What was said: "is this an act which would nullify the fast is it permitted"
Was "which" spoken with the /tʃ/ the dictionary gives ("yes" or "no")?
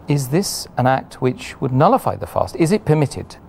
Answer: yes